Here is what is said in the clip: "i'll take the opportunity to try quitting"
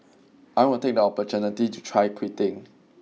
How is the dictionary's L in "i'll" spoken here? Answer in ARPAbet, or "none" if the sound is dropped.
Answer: N